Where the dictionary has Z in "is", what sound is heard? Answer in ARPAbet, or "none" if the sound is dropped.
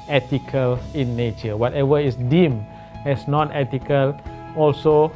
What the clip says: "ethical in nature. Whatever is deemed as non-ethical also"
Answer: S